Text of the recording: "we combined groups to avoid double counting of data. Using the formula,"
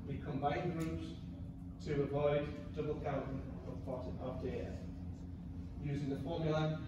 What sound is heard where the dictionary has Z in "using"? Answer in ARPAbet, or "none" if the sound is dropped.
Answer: Z